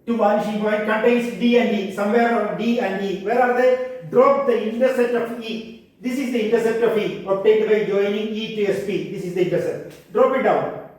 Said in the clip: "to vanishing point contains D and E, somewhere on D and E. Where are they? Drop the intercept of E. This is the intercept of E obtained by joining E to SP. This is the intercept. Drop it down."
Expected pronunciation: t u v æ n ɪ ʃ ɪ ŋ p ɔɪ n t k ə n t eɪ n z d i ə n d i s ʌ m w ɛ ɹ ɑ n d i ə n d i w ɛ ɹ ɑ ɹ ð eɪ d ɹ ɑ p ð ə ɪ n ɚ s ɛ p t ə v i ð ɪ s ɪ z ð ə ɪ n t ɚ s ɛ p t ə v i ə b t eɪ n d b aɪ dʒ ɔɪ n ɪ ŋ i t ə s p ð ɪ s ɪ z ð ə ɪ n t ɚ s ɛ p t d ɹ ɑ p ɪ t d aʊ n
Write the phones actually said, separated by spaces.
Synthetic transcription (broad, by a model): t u b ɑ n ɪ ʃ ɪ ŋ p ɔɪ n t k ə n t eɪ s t d i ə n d i s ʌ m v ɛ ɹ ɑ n d i ə n d i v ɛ ɹ ɑ ɹ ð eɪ d ɹ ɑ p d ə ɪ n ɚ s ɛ t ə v i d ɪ s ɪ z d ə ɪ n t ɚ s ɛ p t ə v i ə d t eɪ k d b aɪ dʒ ɔɪ n ɪ ŋ i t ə s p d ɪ s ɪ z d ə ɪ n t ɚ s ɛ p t d ɹ ɑ p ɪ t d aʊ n